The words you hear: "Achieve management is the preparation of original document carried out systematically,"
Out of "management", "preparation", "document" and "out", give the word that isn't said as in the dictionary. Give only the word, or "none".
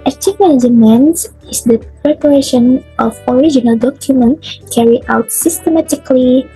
management